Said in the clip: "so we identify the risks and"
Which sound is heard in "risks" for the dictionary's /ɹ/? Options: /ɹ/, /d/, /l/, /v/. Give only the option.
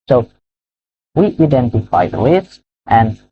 /l/